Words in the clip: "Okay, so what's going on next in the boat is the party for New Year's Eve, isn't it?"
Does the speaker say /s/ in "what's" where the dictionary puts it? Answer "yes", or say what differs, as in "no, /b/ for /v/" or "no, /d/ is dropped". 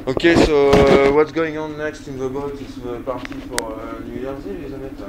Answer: yes